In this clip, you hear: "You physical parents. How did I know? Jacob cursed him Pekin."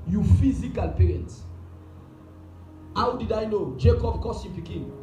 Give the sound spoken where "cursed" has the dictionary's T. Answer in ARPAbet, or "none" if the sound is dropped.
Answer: none